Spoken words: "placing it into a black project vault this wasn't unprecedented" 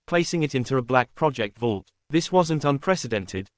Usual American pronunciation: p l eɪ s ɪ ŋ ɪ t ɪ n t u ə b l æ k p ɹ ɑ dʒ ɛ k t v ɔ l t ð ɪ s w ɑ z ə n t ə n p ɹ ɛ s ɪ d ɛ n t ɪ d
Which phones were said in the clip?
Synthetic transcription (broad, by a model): p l eɪ s ɪ ŋ ɪ t ɪ n t u ə b l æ k p ɹ ɑ dʒ ɛ k t v ɔ l t ð ɪ s w ɑ z ə n t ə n p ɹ ɛ s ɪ d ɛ n t ɪ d